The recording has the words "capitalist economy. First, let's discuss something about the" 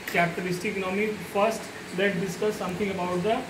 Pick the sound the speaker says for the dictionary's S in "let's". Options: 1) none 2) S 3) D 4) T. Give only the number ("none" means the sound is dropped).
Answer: 1